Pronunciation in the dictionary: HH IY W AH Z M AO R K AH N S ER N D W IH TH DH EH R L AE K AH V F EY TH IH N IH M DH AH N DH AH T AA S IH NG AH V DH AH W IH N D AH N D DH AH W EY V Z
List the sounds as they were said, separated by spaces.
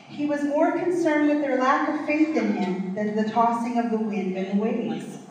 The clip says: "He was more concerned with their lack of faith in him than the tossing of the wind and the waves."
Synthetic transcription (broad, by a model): HH IY W AH Z M AO R K AH N S ER N D W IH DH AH R L AE K AH V F EY TH IH N IH M DH AH N DH AH T AA S IH NG AH V DH AH W IH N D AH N DH AH W EY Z